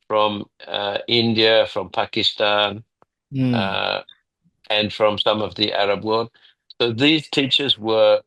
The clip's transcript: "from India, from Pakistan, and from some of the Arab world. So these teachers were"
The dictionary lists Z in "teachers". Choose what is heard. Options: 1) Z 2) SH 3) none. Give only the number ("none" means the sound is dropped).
1